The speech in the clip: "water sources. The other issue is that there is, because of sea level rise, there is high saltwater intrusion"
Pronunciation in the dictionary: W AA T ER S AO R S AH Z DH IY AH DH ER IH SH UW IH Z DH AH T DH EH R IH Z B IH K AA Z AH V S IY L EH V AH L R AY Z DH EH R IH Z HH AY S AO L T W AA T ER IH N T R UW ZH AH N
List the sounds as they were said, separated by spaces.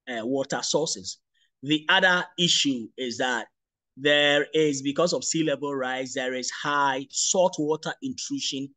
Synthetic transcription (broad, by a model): W AA T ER S AO S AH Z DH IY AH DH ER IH SH UW IH Z DH AH T DH EH R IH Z B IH K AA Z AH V S IY L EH B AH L R AY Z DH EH R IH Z HH AY S AO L T W AA T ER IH N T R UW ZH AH N